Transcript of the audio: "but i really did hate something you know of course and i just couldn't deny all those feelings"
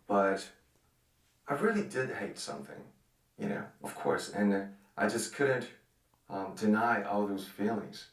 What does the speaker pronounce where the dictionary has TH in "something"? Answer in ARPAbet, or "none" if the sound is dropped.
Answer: TH